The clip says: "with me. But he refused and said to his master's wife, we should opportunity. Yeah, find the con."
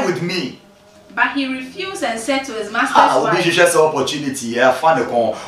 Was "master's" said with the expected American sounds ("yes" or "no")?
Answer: no